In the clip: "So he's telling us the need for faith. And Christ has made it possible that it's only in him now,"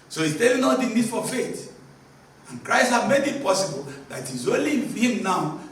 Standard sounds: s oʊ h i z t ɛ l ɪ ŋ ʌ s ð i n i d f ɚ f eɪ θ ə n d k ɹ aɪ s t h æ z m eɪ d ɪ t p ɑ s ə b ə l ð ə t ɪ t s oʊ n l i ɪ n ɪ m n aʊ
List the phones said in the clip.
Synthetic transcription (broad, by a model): s oʊ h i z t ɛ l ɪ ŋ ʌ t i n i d f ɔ f eɪ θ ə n k ɹ aɪ s t h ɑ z m eɪ d ɪ t p ɑ s ə b ə l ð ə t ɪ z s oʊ l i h ɪ m n aʊ